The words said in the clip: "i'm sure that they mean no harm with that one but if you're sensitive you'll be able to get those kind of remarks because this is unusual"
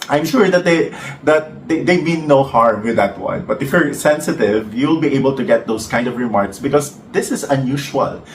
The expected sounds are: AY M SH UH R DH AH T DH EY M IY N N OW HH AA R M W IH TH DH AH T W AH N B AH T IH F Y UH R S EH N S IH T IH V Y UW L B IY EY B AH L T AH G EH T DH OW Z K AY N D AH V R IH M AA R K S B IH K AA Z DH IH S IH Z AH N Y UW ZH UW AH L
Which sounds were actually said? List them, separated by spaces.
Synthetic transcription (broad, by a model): AY M SH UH R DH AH T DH EY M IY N N OW HH AA R M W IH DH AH T W AH N B AH T IH F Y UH R S EH N S IH T IH V Y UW L B IY EY B AH L T AH G EH T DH OW S K AY N D AH V R IH M AA R K S B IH K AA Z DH IH S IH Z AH N Y UW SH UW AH L